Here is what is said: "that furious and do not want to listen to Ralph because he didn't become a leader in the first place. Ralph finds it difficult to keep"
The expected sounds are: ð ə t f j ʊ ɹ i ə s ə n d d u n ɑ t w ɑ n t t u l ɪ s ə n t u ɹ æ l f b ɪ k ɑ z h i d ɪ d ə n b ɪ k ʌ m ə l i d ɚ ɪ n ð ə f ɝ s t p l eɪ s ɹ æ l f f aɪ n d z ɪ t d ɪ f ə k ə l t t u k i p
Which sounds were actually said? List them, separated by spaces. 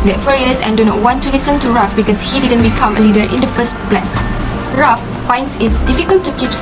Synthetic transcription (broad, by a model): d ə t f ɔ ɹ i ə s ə n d d u n ɑ t w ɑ n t t u l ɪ s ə n t u ɹ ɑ f b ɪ k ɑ s h i d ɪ d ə n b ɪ k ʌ m ə l i d ɚ ɪ n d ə f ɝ s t b l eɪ s ɹ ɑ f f aɪ n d s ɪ t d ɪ f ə k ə l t t u k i p